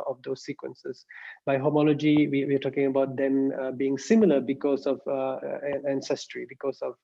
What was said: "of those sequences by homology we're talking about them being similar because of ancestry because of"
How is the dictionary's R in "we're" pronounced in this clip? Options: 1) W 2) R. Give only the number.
1